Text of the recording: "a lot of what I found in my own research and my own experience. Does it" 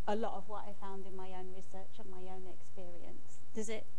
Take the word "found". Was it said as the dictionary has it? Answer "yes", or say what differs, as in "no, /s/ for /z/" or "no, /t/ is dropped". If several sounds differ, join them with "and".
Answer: yes